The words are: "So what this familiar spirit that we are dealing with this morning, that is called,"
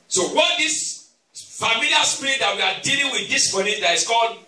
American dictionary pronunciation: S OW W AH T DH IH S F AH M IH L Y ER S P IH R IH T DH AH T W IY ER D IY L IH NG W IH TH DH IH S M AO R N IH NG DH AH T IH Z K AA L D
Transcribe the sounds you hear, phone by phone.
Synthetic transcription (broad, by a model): S OW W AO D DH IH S F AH M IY L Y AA S P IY R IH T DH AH T W IY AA D IY L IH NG W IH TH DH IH S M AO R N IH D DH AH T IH S K AA L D